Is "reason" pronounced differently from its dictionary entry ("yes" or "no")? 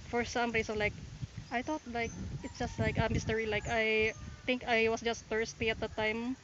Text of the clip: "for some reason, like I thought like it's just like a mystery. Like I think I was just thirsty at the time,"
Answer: yes